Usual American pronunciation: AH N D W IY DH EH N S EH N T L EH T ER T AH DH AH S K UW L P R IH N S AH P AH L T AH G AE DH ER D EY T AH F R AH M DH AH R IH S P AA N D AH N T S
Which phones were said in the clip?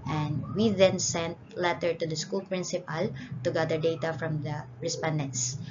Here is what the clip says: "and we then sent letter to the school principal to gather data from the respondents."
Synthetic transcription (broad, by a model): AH N D W IY DH EH N S EH N T L EH T ER T AH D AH S K UW L P R IH N S AH P AH L T AH G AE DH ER D EY T AH F R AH M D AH R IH S P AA N D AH N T S